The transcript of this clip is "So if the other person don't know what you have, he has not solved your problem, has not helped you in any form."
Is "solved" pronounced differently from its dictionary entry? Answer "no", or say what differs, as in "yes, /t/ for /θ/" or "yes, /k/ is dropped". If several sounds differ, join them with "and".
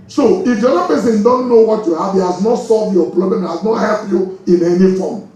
no